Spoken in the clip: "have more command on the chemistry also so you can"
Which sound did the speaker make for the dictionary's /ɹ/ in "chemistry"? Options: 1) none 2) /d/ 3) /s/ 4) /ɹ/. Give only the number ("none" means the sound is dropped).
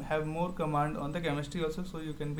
1